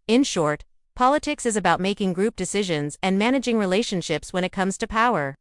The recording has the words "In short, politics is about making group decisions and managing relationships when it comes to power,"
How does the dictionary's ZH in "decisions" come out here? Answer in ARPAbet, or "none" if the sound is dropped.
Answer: ZH